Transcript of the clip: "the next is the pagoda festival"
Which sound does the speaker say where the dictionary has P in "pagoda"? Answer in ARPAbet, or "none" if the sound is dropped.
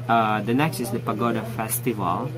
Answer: P